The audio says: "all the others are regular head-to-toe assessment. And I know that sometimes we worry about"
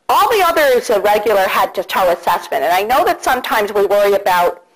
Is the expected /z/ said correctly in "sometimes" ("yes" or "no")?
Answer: yes